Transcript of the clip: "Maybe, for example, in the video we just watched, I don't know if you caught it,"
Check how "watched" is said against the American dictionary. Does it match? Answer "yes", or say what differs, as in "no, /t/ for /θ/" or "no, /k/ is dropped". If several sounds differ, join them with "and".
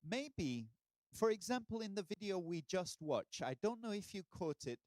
no, /t/ is dropped